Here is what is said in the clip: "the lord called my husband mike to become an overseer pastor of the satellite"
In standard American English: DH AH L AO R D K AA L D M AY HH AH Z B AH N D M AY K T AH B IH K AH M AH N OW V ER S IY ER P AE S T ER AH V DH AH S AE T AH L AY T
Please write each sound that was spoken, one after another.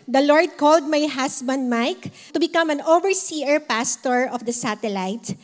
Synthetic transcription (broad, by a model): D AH L AO R D K AA L D M AY HH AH S B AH N D M AY K T AH B IH K AH M AH N OW V ER S IY ER P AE S T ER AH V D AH S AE T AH L AY T